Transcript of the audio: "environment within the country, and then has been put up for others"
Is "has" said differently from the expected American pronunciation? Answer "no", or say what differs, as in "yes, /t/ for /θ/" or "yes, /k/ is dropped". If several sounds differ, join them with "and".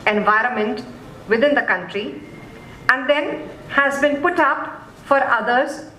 no